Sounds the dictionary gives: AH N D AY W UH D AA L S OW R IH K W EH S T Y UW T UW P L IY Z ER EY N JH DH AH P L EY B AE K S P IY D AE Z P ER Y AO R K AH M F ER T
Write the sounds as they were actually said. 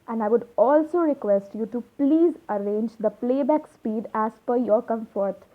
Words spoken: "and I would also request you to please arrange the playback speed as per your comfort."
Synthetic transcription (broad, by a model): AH N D AY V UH D AA L S OW R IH K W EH S T Y UW T UW P L IY Z ER EY N JH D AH P L EY B AE K S P IY D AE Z F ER Y AO R K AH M F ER T